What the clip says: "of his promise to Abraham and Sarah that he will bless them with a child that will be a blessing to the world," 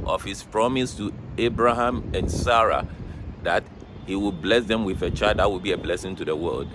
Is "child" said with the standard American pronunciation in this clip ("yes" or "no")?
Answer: no